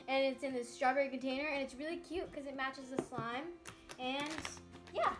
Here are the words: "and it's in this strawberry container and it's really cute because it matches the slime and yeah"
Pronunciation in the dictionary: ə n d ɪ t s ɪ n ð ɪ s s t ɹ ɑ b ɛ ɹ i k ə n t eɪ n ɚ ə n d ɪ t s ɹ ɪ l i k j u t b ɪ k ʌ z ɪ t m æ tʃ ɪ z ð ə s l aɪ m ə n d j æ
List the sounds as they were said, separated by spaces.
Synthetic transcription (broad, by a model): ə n ɪ t s ɪ n ð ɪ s s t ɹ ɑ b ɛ ɹ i k ə n t eɪ n ɚ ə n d ɪ t s ɹ ɪ l i k j u t k ʌ z ɪ t m æ tʃ ɪ z ð ə s l aɪ m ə n j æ